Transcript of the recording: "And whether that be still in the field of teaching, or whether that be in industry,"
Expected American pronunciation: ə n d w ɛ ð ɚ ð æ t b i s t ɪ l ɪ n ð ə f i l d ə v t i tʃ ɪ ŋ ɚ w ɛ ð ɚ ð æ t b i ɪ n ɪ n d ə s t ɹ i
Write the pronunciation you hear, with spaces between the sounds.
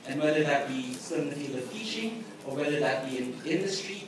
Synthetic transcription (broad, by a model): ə n w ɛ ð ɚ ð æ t b i s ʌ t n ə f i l ə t i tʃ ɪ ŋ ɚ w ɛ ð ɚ ð æ t b i ɪ n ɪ n d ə s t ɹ i